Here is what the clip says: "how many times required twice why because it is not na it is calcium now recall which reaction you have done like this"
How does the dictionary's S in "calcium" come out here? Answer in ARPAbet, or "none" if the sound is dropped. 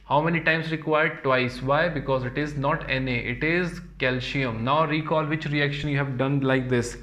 SH